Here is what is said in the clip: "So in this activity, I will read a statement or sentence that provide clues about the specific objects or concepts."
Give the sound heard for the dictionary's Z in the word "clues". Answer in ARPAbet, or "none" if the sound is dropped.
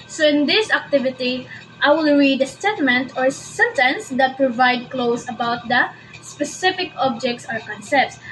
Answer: S